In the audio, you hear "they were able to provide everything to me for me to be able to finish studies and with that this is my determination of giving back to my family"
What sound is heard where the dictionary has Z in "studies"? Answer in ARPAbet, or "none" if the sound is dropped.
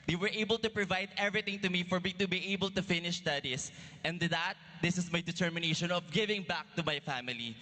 S